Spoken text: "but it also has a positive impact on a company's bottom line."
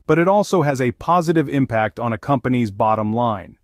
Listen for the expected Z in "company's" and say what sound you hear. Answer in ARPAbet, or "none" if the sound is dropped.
Z